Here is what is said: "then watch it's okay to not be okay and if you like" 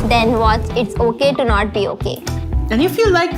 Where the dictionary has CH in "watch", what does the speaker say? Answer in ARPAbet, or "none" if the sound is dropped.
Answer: S